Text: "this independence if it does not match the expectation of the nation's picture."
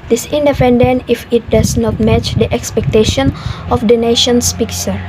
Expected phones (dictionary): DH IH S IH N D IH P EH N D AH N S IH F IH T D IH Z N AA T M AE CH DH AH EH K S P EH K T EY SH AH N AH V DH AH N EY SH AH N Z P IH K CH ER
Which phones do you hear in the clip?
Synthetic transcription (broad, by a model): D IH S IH N D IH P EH N D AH N IH F IH T D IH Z N AA T M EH CH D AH EH K S P EH K T EY SH AH N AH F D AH N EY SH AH N S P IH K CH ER